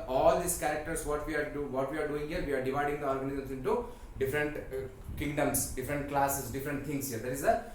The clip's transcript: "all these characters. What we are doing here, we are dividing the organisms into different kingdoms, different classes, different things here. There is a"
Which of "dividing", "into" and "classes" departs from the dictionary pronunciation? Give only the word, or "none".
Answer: classes